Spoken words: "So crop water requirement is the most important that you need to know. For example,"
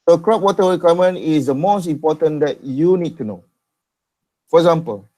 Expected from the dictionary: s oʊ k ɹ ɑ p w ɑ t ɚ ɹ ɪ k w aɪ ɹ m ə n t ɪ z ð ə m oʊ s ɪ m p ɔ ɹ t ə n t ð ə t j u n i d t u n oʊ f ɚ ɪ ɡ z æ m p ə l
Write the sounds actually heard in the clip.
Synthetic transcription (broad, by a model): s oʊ k ɹ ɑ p w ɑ t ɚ w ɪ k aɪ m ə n ɪ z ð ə m oʊ s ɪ m p ɔ t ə n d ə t j u n i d t u n oʊ f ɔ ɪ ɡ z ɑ m p ə l